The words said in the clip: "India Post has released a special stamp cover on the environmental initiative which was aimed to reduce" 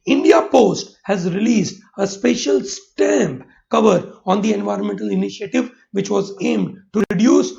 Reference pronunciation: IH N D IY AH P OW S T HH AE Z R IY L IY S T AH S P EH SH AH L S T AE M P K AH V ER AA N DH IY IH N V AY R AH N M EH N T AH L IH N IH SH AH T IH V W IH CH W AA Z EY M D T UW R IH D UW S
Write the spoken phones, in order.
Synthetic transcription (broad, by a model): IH N D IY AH P OW S T HH AE Z R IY L IY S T AH S P EH SH AH L S T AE M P K AH V ER AA N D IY IH N V AY R AH N M EH N T AH L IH N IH SH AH T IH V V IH CH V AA Z EY M D T UW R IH D UW S